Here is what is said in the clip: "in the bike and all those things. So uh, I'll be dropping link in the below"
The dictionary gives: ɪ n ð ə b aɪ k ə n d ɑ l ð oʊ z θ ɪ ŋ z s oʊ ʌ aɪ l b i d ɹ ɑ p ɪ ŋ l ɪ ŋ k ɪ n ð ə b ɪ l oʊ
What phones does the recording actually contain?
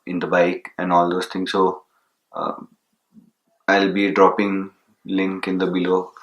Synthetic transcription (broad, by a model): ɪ n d ə b aɪ k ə n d ɑ l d oʊ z t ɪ ŋ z s oʊ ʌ aɪ l b i d ɹ ɑ p ɪ ŋ l ɪ ŋ k ɪ n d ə b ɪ l oʊ